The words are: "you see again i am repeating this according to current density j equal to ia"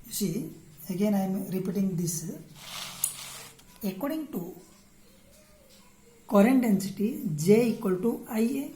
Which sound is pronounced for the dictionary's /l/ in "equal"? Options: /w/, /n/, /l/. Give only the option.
/l/